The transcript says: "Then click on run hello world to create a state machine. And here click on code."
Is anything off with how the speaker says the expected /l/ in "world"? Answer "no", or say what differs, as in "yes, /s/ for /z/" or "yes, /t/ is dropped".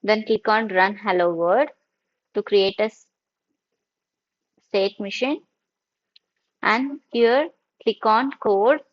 yes, /l/ is dropped